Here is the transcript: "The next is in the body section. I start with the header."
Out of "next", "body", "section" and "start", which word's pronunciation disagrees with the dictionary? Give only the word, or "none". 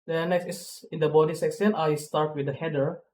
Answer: section